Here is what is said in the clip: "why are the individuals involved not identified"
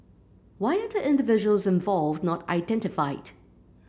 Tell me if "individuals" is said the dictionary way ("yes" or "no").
yes